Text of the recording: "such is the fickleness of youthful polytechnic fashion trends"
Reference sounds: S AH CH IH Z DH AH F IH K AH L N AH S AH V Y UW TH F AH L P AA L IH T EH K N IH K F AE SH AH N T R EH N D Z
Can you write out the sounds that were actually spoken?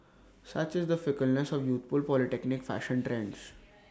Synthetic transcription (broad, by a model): S AH CH IH Z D AH F IH K AH L N AH S AH V Y UW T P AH L P AA L IH T EH K N IH K F AE SH AH N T R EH N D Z